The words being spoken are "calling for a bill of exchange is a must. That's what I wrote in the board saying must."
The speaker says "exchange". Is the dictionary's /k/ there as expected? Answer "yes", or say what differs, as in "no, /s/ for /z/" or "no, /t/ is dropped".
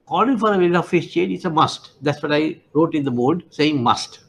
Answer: no, /k/ is dropped